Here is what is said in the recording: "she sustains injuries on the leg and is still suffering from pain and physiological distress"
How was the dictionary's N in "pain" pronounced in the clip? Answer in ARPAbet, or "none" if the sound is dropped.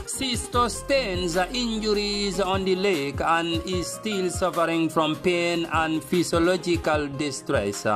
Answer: N